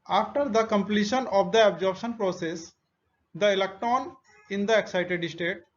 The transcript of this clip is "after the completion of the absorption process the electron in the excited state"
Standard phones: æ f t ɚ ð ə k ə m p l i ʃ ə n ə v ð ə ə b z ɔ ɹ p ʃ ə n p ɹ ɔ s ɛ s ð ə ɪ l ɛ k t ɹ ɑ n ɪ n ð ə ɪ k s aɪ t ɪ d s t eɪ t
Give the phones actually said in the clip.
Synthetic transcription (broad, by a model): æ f t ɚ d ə k ə m p l i ʃ ə n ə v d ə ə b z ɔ ɹ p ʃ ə n p ɹ ɔ s ɛ s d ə ɪ l ɛ k t ɹ ɑ n ɪ n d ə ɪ k s aɪ t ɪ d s t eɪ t